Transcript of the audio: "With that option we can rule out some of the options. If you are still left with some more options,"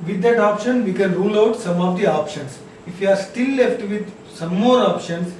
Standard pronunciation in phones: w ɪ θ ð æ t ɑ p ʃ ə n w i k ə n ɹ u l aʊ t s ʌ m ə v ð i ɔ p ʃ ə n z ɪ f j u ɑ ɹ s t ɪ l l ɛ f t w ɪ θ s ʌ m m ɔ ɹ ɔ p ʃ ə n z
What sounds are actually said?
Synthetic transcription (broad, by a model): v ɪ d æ t ɑ p ʃ ə n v i k ə n ɹ u l aʊ t s ʌ m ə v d i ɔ p ʃ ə n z ɪ f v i ɑ ɹ s t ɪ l l ɛ f t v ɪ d s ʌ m m ɔ ɹ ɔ p ʃ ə n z